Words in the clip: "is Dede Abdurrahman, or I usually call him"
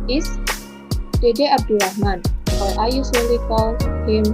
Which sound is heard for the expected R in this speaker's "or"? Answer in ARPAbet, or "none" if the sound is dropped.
L